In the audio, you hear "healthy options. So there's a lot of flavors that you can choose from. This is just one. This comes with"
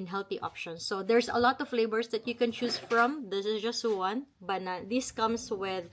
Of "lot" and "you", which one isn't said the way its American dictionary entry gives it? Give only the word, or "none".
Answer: none